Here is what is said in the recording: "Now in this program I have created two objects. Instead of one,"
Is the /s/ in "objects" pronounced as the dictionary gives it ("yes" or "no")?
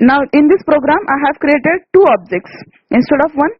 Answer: yes